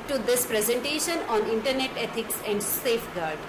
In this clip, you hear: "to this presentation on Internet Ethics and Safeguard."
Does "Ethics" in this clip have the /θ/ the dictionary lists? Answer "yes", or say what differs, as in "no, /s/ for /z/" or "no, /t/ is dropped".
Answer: no, /t/ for /θ/